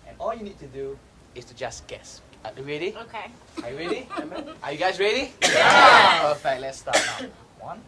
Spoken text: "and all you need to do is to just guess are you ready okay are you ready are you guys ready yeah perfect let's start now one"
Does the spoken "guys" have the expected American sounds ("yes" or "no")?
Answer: no